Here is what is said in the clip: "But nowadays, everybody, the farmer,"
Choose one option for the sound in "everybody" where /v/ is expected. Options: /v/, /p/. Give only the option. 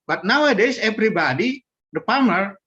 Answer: /p/